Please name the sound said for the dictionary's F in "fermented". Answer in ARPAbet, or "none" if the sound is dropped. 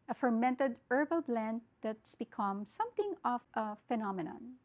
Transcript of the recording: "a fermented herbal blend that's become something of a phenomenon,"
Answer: F